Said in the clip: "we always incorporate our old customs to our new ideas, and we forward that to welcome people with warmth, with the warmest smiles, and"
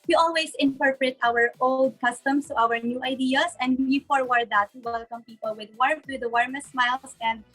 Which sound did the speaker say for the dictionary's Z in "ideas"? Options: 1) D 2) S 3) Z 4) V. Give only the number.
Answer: 2